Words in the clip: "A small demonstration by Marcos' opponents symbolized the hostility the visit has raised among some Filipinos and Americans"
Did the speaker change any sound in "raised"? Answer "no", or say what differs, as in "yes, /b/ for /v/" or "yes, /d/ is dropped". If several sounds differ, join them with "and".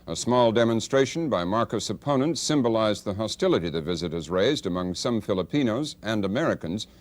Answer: no